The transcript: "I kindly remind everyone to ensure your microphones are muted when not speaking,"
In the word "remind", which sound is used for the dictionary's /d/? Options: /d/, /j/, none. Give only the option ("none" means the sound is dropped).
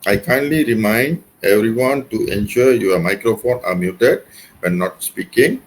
/d/